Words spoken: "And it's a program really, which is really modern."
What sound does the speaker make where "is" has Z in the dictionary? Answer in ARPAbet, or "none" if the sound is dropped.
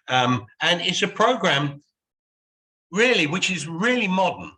Z